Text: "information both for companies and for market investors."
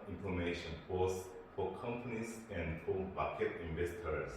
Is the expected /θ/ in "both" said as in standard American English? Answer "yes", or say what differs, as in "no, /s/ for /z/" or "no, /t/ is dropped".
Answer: no, /s/ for /θ/